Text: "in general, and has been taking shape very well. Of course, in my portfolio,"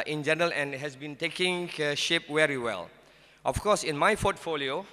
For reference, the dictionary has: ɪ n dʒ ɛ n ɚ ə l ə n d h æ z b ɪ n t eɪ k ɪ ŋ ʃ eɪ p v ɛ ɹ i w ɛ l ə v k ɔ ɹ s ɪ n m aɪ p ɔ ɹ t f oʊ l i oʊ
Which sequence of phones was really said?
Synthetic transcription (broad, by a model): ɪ n dʒ ɛ n ɚ ə l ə n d h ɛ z b ɪ n t eɪ k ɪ ŋ ʃ eɪ p w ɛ ɹ i w ɛ l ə f k ɔ s ɪ n m aɪ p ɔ t f oʊ l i oʊ